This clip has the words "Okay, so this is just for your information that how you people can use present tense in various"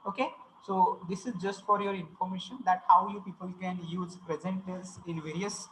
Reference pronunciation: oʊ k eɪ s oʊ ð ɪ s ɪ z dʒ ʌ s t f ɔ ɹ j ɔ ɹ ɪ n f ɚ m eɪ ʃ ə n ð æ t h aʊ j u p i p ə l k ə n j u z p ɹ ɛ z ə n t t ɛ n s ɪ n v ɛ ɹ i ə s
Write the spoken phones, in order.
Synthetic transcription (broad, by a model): oʊ k eɪ s oʊ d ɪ s ɪ z dʒ ʌ s t f ɔ ɹ j ɔ ɹ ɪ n f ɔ m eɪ ʃ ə n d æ t h aʊ j u p i p ə l k ə n j u z p ɹ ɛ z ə n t t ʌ s ɪ n v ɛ ɹ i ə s